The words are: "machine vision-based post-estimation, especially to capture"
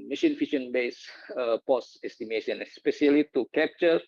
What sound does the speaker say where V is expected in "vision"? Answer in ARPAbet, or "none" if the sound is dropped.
F